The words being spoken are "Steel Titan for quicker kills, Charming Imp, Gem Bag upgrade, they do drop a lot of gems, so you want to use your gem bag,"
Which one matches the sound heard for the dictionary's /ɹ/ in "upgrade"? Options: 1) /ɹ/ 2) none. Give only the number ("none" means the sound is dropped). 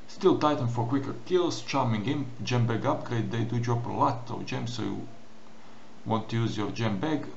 1